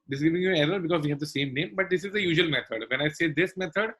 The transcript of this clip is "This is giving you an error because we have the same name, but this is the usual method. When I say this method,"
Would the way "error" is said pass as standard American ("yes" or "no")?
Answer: no